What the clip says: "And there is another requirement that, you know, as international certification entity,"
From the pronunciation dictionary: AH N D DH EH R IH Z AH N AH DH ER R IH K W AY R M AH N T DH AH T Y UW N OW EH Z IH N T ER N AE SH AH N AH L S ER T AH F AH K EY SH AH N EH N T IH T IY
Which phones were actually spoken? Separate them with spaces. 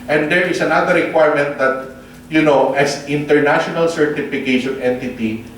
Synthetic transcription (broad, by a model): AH N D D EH R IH S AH N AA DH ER R IH K W AY R M AH N T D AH T Y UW N OW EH S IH N T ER N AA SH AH N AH L S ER T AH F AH K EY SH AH N EH N T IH T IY